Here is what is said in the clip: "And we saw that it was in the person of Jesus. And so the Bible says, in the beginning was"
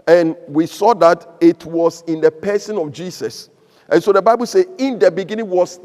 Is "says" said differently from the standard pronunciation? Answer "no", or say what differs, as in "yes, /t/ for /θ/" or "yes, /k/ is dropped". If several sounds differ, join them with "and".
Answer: yes, /z/ is dropped